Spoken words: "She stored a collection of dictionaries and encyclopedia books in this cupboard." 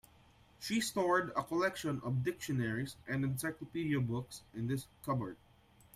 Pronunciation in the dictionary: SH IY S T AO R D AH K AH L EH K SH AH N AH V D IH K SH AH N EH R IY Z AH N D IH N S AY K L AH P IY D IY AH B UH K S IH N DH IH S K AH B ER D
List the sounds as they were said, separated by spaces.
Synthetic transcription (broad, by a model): SH IY S T AO R D AH K AH L EH K SH AH N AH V D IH K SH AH N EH R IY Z AH N D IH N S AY K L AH P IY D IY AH B UH K S IH N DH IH S K AH B ER D